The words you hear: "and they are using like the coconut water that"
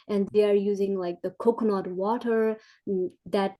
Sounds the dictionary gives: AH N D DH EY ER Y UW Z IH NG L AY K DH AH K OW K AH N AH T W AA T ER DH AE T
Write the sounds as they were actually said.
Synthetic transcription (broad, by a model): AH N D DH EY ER Y UW Z IH NG L AY K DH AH K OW K N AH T W AA T ER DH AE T